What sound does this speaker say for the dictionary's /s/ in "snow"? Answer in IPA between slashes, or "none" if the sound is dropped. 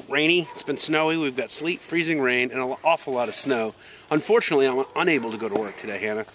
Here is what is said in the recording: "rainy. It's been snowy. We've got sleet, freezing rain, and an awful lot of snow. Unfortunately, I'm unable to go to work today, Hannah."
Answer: /s/